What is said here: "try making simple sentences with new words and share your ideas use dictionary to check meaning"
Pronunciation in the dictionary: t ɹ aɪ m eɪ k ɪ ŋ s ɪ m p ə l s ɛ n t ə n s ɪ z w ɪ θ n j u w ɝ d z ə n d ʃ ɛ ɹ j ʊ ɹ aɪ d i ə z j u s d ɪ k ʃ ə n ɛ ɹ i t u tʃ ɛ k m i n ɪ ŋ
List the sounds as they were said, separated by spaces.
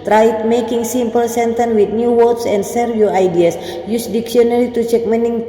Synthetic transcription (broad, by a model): t ɹ aɪ m eɪ k ɪ ŋ s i m p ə l s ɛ n t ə n w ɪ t n j u w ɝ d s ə n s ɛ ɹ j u aɪ d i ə s j u s d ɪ k s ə n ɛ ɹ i t u tʃ ɛ k m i n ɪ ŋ